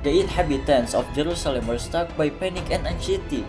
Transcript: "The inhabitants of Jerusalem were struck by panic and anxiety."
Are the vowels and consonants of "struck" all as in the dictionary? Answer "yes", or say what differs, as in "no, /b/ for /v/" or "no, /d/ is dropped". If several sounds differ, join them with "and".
no, /ɹ/ is dropped